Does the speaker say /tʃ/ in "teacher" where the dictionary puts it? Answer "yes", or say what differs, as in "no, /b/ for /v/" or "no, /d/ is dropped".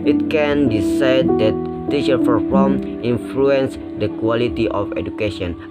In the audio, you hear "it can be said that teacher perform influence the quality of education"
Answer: no, /ʃ/ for /tʃ/